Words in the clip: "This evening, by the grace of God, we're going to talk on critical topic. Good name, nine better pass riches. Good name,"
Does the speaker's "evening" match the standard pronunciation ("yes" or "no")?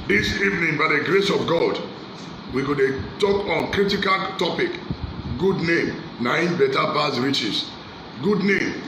yes